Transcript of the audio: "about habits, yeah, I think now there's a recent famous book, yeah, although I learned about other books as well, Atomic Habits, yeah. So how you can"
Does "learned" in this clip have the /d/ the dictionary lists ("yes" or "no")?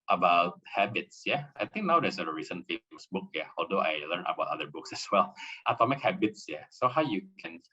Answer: no